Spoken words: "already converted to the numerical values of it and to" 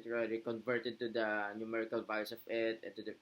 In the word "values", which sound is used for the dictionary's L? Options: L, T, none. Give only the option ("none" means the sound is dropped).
none